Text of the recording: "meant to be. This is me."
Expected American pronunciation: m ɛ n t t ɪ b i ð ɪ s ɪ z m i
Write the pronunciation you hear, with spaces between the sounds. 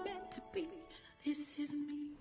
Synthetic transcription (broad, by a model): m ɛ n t t ɪ b i ð ɪ s ɪ z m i